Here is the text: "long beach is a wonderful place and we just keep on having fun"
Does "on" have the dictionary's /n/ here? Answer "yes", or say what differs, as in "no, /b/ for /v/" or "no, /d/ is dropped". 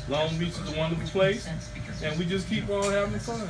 no, /l/ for /n/